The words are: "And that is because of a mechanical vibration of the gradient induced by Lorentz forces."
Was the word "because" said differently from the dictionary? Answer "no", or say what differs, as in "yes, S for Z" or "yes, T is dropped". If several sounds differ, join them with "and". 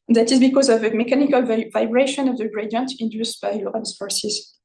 no